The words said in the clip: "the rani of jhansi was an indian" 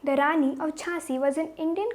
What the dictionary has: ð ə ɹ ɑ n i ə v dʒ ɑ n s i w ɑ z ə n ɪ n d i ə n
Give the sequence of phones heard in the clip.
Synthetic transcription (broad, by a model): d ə ɹ ɑ n i ə v tʃ ɑ s i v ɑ z ə n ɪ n d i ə n